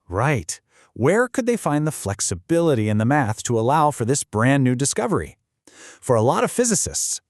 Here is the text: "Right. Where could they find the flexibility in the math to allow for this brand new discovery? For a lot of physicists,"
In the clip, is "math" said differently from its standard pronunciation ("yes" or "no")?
no